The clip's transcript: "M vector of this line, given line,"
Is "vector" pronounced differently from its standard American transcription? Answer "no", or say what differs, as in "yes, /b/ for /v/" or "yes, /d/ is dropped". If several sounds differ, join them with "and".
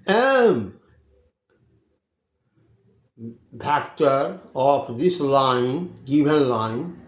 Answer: yes, /p/ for /v/